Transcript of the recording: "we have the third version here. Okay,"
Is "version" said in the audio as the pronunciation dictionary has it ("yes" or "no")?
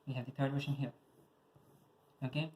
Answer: no